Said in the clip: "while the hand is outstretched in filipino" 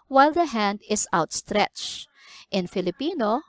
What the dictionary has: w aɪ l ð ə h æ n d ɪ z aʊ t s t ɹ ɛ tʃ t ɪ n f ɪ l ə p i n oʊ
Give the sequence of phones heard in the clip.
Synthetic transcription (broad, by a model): w aɪ l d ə h æ n d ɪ s aʊ t s t ɹ ɛ tʃ t ɪ n f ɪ l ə p i n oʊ